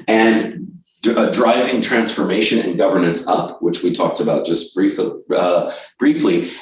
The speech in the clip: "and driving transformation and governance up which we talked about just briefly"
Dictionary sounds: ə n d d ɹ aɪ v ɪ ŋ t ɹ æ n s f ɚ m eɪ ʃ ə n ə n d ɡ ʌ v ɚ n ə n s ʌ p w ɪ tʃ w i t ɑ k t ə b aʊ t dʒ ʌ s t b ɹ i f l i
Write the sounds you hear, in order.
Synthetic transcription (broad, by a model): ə n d d ɹ aɪ v ɪ ŋ t ɹ æ n s f ɚ m eɪ ʃ ə n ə n ɡ ʌ v ɚ n ə n s ʌ p w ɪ tʃ w i t ɑ k t ə b aʊ t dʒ ʌ s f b ɹ i f l i